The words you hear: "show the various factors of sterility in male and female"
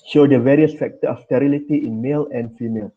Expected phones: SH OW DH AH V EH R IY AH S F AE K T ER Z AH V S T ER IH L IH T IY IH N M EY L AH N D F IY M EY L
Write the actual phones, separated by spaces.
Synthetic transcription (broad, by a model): SH OW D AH V EH R IY AH S F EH K T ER AH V S T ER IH L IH T IY IH N M EY L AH N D F IY M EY L